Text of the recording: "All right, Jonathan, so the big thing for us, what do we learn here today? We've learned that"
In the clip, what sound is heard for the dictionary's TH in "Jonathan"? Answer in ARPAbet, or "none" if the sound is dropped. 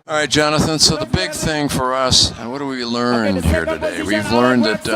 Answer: TH